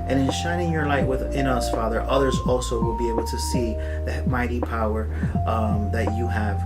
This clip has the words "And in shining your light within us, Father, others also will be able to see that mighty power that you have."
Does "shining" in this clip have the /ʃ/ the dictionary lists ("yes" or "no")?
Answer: yes